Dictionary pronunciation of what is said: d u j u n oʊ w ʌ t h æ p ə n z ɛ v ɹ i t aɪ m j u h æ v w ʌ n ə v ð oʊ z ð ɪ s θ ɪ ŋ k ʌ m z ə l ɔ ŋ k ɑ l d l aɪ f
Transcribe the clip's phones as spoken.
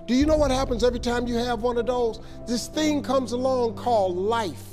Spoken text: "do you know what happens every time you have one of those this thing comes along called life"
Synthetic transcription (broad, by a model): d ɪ j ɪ n oʊ w ʌ t h æ p ə n z ɛ v ɹ i t aɪ m j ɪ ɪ v w ʌ n ə v ð oʊ z ð ɪ s θ ɪ ŋ k ʌ m z ə l ɔ ŋ k ɑ l d l aɪ f